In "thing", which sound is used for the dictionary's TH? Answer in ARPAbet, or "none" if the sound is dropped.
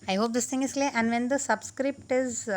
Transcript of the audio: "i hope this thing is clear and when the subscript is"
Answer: T